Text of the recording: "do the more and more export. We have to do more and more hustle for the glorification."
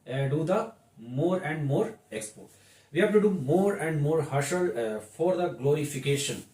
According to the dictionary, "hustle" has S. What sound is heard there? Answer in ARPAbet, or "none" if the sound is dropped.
SH